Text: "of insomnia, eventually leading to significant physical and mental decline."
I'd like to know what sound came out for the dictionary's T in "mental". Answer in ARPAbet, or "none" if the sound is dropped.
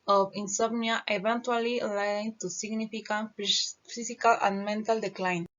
T